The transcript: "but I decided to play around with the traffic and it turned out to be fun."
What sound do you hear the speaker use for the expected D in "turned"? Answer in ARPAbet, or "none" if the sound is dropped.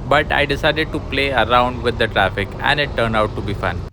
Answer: none